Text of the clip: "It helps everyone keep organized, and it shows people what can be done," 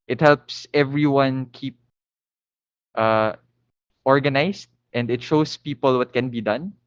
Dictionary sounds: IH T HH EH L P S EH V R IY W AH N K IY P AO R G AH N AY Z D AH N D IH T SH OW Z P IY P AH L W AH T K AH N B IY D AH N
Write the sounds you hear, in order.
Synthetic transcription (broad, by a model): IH T HH EH L P S EH V R IY W AH N K IY P AO R G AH N AY S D AH N D IH T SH OW S P IY P AH L W AH T K AH N B IY D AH N